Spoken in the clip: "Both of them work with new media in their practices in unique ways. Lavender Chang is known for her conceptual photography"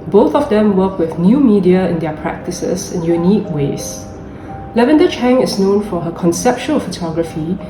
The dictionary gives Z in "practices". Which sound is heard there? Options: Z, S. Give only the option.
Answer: S